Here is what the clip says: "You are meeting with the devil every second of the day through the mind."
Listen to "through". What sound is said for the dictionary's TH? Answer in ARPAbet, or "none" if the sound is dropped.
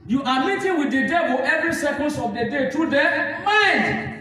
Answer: T